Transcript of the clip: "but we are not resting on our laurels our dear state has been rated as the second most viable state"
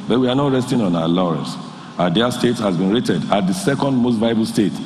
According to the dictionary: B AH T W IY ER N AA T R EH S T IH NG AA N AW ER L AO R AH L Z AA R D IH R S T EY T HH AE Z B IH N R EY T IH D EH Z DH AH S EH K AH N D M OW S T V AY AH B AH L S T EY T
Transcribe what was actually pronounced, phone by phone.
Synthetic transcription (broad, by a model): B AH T W IY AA N AA T R EH S T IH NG AA N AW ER L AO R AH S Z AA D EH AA S T EY T HH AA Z B IH N R EY T IH D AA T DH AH S EH K AH N D M OW S T V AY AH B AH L S T EY T